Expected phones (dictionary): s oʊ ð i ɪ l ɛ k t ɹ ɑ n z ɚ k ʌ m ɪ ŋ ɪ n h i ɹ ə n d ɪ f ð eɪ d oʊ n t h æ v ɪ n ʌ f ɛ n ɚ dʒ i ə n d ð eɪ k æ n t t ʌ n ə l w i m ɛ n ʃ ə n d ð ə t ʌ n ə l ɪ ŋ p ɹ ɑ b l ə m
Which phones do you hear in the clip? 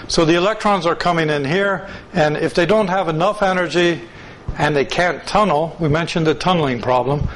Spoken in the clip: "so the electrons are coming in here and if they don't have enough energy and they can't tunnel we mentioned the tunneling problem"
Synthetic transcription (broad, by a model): s oʊ ð i ɪ l ɛ k t ɹ ɑ n z ɚ k ʌ m ɪ ŋ ɪ n h i ɹ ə n ɪ f ð eɪ d oʊ n t h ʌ v ɪ n ʌ f ɛ n ɚ dʒ i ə n ð eɪ k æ n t t ʌ n l w i m ɛ n ʃ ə n ð ə t ʌ n l ɪ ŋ p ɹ ɑ b l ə m